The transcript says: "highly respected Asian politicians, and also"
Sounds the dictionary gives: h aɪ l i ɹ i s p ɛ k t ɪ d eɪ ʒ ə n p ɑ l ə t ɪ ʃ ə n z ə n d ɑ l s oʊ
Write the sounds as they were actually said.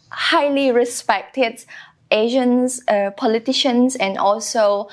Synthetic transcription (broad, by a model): h aɪ l i ɹ i s p ɛ k t ɪ d eɪ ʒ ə n p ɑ l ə t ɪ ʃ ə n s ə n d ɑ l s oʊ